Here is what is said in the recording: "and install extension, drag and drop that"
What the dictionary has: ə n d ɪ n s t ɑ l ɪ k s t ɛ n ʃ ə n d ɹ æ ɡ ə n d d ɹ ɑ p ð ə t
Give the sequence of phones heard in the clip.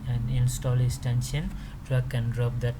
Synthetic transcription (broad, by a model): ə n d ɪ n s t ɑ l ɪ s t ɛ n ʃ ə n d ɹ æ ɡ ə n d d ɹ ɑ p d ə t